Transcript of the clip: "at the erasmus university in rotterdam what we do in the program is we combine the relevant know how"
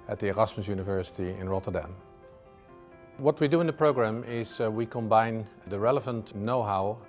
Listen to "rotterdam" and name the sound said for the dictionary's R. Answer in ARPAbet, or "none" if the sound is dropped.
R